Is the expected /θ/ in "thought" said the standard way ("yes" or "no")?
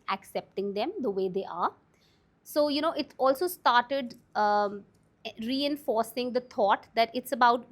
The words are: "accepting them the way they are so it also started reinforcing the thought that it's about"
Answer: no